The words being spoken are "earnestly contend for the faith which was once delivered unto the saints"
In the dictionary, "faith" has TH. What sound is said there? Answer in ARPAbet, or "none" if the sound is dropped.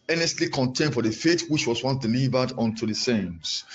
T